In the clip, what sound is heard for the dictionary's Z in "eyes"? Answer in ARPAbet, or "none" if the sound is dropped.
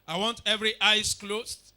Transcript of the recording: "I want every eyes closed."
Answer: S